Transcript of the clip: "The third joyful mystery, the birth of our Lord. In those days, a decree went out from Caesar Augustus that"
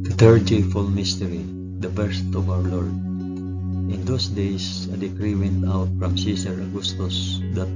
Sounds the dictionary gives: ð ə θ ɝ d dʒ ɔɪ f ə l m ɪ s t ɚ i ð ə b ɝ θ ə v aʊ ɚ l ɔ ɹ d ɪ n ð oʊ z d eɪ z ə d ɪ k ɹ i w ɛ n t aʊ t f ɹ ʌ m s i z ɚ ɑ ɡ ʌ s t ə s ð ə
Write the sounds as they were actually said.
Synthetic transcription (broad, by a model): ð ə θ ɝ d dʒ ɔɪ f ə l m ɪ s t ɚ i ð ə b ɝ t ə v aʊ ɚ l ɔ ɹ d ɪ n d oʊ s d eɪ s ə d ɪ k ɹ i w ɛ n t aʊ t f ɹ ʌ m s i s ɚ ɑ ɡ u s t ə s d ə